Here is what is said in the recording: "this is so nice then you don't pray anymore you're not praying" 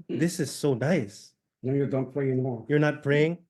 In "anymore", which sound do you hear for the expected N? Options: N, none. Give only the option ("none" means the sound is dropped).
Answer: none